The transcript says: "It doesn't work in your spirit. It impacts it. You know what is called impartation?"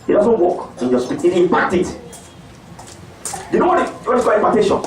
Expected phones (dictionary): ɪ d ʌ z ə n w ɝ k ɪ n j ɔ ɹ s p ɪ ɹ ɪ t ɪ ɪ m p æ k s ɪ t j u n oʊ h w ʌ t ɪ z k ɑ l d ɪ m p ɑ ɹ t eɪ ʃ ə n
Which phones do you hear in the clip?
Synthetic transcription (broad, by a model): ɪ d ʌ z ə n w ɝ k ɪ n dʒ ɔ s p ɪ ɪ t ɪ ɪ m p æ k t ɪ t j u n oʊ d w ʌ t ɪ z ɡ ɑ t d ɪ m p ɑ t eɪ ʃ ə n